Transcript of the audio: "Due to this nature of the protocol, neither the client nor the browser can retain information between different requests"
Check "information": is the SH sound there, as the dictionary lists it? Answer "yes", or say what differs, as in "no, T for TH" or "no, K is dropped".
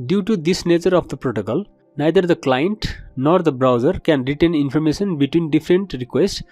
no, S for SH